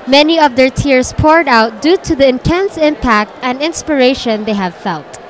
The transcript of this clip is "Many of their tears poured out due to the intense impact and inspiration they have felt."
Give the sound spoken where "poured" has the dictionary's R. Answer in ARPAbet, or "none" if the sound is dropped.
R